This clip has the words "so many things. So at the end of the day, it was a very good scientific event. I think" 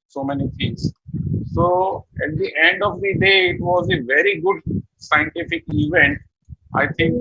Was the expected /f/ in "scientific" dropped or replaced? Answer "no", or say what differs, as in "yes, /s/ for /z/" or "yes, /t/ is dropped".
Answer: no